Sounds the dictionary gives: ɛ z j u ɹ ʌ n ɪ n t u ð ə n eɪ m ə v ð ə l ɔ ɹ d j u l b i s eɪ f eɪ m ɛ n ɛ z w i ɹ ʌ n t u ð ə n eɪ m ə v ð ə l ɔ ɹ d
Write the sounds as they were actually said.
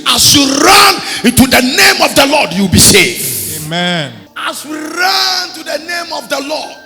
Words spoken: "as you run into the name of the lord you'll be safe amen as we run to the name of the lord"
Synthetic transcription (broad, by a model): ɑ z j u ɹ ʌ n ɪ n t u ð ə n eɪ m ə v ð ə l ɔ d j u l b i s eɪ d eɪ m ɛ n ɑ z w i ɹ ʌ n t u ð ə n eɪ m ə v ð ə l ɔ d